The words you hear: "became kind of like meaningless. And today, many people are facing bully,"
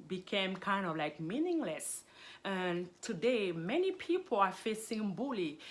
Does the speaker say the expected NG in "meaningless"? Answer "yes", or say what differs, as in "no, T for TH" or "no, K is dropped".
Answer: yes